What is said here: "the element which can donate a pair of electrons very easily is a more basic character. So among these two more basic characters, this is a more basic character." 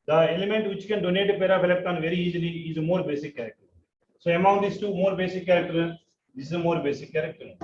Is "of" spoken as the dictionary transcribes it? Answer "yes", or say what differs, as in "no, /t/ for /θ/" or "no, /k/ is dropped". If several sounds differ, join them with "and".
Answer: no, /p/ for /v/